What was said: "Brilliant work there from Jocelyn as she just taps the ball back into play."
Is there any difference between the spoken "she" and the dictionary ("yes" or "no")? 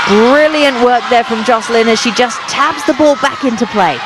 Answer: no